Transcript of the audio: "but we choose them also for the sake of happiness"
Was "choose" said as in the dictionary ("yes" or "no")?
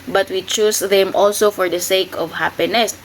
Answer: no